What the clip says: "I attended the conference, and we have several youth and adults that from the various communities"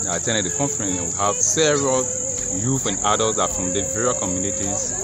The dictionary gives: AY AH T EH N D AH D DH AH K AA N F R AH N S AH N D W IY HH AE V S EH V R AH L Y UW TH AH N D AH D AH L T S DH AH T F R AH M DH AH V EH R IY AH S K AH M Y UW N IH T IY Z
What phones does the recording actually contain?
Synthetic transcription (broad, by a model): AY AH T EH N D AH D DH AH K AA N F AH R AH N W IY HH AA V S EH V R AH L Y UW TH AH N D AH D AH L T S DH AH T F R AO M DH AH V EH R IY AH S K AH M Y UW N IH T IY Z